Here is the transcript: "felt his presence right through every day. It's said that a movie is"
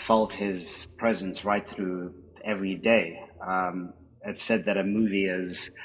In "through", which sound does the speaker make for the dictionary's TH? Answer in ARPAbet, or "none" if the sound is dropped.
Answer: TH